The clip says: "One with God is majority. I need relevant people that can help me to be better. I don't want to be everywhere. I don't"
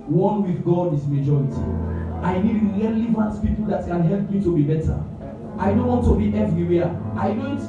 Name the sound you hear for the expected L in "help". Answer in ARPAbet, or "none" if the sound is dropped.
L